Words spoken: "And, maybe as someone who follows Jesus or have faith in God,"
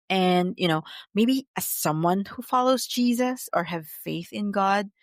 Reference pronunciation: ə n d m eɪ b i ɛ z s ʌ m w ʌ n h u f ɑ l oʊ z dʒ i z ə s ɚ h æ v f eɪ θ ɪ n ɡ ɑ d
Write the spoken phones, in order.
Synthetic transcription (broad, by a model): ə n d m eɪ b i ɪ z s ʌ m w ʌ n h u f ɑ l oʊ z dʒ i z ə s ɚ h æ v f eɪ θ ɪ n ɡ ɑ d